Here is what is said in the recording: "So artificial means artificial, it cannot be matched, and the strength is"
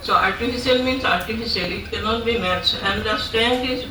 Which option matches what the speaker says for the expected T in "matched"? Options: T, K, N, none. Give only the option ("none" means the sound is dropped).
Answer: none